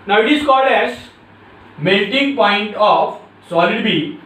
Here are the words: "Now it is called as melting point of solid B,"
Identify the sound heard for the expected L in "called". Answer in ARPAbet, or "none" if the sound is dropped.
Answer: none